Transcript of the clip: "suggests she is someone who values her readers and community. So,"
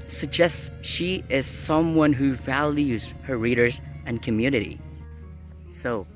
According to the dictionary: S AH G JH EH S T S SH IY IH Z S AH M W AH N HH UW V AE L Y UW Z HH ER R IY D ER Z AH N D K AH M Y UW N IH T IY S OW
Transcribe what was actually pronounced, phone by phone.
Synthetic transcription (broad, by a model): S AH G JH EH S T S SH IY IH Z S AH M W AH N HH UW V AE L Y UW Z HH ER R IY D ER Z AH N K AH M Y UW N IH T IY S OW